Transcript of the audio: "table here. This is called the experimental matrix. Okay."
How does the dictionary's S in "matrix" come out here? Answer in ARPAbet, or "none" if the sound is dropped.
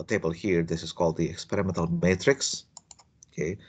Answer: S